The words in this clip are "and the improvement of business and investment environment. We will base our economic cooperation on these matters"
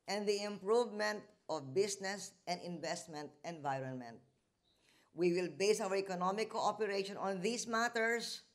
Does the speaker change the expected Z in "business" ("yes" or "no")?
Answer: yes